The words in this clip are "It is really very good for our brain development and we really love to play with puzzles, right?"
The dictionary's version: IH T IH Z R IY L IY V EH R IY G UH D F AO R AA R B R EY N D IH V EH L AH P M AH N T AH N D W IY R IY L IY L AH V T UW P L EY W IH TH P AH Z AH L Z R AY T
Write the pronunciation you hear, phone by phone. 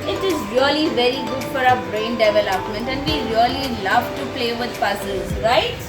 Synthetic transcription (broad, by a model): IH T IH Z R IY L IY V EH R IY G UH D F AO R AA B R EY N D IH V EH L AH P M AH N T AH N D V IY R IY L IY L AH V T UW P L EY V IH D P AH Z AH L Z R AY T